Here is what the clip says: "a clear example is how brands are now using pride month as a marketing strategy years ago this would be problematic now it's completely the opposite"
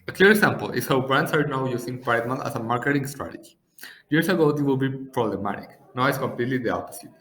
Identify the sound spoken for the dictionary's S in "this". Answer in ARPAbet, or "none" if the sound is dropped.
none